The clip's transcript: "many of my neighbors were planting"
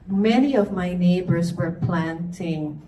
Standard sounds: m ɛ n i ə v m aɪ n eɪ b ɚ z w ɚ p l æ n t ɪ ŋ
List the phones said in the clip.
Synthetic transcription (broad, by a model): m ɛ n i ə v m aɪ n eɪ b ɚ z w ɚ p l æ n t ɪ ŋ